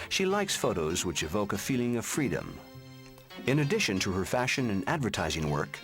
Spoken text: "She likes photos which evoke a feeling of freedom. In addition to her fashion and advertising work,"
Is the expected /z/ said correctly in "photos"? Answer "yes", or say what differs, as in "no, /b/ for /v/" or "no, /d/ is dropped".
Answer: yes